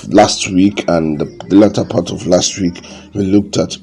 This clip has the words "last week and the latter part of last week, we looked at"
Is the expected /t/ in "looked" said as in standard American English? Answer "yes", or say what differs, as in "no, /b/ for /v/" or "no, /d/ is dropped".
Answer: yes